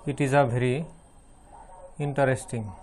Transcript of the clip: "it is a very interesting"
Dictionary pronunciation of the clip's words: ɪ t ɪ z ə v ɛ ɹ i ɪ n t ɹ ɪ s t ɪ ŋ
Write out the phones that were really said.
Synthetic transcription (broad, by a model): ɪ t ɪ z ə b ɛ ɹ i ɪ n t ɹ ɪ s t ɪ ŋ